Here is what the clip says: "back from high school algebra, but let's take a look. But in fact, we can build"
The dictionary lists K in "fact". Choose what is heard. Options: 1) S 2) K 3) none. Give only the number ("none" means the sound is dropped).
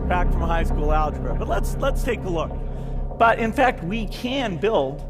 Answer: 2